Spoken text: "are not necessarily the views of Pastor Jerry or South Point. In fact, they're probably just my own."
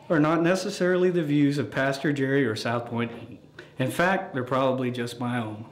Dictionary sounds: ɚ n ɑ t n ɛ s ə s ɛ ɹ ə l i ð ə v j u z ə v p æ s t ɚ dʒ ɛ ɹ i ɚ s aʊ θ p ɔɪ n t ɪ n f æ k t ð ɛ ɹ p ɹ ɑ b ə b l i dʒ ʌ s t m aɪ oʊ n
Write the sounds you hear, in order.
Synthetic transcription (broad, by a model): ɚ n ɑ t n ɛ s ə s ɛ ɹ l i ð ə v j u z ə v p æ s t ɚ dʒ ɛ ɹ i ɚ s aʊ θ p ɔɪ n t ɪ n f æ k t ð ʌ ɹ p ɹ ɑ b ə b l i dʒ ʌ s t m aɪ oʊ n